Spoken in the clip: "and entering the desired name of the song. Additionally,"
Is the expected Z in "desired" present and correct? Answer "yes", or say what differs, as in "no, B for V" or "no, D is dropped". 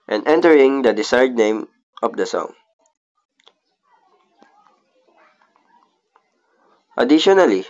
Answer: no, S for Z